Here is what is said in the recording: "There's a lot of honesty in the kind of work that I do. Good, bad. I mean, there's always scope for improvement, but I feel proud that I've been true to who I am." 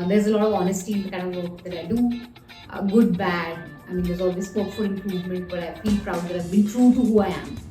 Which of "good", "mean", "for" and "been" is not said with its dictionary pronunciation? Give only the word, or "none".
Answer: for